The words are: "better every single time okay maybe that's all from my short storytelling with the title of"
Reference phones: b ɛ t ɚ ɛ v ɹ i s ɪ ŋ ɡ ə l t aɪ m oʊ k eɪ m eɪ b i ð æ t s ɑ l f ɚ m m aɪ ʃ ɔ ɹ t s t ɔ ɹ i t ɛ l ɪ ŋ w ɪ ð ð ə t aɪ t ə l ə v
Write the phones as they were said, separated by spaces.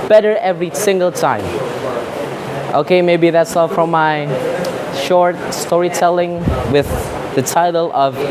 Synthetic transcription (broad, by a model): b ɛ t ɚ ɛ v ɹ i s ɪ ŋ ɡ ə l t aɪ m oʊ k eɪ m eɪ b i ð æ t s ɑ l f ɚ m m aɪ ʃ ɔ ɹ t s t ɔ ɹ i t ɛ l ɪ ŋ w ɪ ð ð ə t aɪ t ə l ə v